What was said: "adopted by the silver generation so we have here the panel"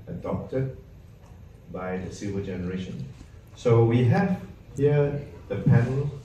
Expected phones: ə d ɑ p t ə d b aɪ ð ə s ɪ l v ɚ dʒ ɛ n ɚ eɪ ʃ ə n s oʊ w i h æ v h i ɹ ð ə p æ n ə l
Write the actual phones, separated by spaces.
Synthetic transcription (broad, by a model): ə d ɑ p t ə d b aɪ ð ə s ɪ v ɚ dʒ ɛ n ɚ eɪ ʃ ə n s oʊ w i h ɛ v h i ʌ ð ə p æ n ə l